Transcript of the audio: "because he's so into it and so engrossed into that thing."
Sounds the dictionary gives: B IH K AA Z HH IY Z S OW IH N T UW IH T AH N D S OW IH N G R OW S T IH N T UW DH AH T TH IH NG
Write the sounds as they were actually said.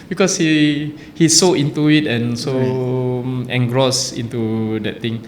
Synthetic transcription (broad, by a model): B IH K AA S HH IY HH S OW IH N T UW IH T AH N S OW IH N G R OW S IH N T UW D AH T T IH NG